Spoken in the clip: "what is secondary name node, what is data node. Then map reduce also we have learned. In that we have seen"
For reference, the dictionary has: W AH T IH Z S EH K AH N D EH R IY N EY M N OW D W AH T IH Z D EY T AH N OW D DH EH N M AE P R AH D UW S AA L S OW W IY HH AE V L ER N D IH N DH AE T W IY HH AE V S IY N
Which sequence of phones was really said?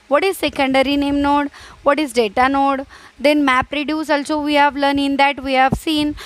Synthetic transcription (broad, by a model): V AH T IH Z S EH K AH N D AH R IY N EY M N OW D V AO T IH Z D EY T AH N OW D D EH N M AE P R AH D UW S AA L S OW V IY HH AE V L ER N IH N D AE T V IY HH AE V S IY N